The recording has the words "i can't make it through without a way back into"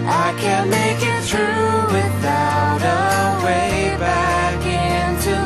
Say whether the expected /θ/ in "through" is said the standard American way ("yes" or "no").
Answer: no